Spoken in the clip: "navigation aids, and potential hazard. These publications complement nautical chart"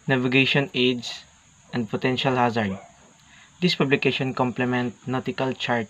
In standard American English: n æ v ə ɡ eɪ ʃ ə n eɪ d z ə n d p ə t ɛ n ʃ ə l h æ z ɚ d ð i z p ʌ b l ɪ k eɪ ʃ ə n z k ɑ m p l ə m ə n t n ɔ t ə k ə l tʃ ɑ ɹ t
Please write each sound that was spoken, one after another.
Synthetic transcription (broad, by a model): n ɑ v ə ɡ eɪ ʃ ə n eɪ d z ə n d p ə t ɛ n ʃ ə l h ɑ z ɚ d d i s p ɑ b l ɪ k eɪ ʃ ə n k ɑ m p l ə m ə n t n ɔ t ə k ə l tʃ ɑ ɹ t